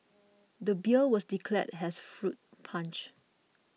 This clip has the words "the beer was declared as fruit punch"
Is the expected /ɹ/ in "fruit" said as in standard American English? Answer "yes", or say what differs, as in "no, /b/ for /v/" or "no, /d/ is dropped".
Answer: yes